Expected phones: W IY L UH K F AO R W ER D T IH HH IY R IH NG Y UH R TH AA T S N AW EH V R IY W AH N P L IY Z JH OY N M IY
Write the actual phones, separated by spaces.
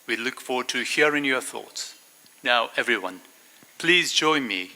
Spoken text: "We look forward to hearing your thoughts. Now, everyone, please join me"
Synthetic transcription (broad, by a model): W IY L UH K F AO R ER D T IH HH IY R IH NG Y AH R TH AA T S N AW EH V R IY W AH N P L IY Z JH OY N M IY